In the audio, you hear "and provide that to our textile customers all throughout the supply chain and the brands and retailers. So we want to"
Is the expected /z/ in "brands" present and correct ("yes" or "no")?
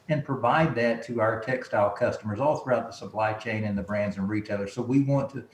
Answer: yes